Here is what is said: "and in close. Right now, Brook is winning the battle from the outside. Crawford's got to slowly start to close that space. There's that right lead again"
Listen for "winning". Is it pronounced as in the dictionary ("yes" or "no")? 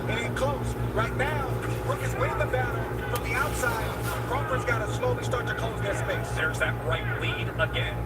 no